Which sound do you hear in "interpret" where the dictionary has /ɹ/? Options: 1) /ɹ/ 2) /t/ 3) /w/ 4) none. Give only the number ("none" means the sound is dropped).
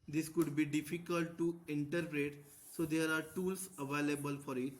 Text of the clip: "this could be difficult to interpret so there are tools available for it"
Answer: 1